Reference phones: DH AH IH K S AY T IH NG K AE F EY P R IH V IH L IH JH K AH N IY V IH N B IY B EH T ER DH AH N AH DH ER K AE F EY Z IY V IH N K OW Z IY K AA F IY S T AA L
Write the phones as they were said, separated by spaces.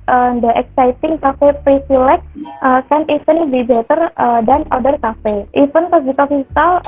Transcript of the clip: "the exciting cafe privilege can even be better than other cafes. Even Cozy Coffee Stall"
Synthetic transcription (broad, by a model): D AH IH K S AY T IH NG K AE F EY P R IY F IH L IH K K AH N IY F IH N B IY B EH T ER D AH N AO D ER K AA F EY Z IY F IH N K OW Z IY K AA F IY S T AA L